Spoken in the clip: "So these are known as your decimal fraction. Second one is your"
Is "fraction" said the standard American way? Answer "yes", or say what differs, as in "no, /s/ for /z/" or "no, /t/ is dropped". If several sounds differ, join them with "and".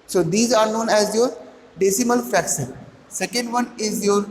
no, /ɹ/ is dropped and /s/ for /ʃ/